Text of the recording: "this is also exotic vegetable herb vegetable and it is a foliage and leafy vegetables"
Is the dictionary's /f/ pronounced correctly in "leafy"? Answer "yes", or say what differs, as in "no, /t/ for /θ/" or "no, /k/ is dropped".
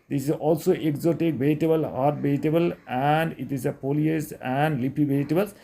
no, /p/ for /f/